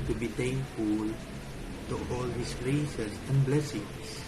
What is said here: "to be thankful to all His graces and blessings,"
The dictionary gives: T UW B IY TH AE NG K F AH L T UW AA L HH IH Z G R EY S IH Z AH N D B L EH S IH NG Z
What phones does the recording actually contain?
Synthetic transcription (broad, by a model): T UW B IY T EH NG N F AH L T UW AA L HH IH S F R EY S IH S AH N B L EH S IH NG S